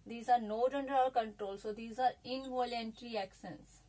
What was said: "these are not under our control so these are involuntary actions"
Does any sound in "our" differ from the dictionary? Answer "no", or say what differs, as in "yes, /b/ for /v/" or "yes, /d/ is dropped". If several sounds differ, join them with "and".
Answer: yes, /l/ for /ɹ/